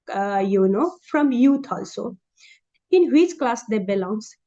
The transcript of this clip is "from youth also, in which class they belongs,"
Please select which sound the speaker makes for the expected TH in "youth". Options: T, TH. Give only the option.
T